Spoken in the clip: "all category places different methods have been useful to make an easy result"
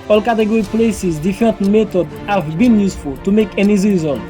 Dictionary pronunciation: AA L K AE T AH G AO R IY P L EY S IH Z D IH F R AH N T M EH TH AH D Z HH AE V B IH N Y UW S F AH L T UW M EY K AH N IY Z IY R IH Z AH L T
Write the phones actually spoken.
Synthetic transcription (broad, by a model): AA L K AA T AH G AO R IY P L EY S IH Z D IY F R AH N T M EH T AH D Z HH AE V B IH N Y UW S F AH L T UW M EY K AH N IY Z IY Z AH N